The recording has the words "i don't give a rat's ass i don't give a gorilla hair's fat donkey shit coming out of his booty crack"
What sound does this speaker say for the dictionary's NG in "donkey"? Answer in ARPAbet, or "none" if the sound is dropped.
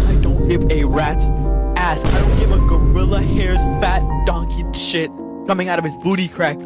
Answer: NG